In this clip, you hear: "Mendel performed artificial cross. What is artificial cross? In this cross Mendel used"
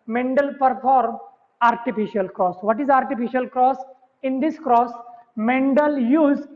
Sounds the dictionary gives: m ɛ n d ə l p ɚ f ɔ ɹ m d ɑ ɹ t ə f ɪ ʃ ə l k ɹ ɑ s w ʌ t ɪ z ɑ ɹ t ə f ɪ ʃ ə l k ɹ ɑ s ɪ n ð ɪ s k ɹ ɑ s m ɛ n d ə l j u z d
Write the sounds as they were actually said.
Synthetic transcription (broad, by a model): m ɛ n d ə l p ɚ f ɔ ɹ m ɑ ɹ t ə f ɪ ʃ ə l k ɹ ɑ s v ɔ t ɪ z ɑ ɹ t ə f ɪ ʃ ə l k ɹ ɑ s ɪ n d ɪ s k ɹ ɑ s m ɛ n d ə l j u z